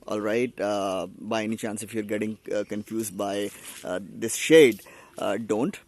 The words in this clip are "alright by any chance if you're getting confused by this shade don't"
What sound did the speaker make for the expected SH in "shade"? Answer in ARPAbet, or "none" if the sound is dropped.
SH